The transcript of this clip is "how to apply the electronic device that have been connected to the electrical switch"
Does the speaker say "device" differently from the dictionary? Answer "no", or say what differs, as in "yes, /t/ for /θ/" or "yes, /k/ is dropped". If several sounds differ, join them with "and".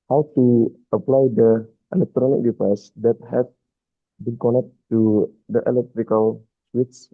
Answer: yes, /f/ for /v/